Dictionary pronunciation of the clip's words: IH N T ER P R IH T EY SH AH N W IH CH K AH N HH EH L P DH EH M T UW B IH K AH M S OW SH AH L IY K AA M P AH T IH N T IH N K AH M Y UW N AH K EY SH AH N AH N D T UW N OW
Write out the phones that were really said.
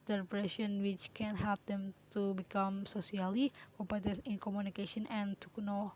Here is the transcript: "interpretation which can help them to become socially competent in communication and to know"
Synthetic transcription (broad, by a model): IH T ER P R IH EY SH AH N W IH CH K AH N HH EH L P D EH M T UW B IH K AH M S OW S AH L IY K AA M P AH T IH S IH N K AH M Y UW N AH K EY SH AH N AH N T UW N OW